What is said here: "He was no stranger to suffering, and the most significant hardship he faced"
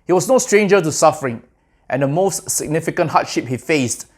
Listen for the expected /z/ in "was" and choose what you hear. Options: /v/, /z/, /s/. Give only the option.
/s/